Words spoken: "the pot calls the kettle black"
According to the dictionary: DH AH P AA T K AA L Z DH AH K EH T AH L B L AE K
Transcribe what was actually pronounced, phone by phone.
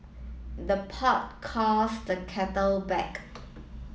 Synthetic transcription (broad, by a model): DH AH P AA T K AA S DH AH K EH T AH L B EH K